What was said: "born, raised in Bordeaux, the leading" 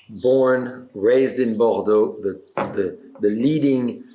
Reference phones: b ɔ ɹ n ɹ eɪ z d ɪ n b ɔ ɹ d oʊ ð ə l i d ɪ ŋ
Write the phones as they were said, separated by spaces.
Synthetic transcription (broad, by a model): b ɔ ɹ n ɹ eɪ z d ɪ n b ɔ ɹ d oʊ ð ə l i d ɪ ŋ